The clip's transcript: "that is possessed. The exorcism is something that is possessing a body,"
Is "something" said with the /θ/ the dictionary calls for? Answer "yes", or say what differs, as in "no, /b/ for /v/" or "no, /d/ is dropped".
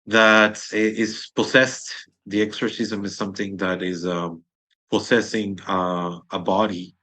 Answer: yes